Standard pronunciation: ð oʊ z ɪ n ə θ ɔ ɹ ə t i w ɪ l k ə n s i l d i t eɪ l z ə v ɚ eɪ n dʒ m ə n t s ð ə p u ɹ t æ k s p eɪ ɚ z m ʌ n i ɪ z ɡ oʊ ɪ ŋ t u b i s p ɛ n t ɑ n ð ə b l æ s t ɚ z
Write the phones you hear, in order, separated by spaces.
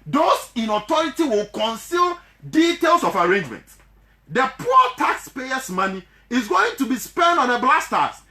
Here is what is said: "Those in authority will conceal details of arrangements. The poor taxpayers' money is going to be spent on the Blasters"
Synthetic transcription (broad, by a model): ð oʊ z ɪ n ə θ ɔ ɹ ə t i w ɪ l k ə n s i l d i t eɪ l s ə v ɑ eɪ n dʒ m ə n t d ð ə p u t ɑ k s p eɪ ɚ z m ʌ n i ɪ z ɡ oʊ ɪ ŋ t u b i s p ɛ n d ɑ n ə b l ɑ s t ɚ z